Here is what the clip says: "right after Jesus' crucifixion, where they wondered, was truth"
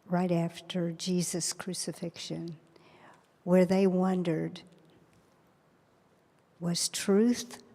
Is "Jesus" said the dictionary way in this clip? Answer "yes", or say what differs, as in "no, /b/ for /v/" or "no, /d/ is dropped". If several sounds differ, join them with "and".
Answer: yes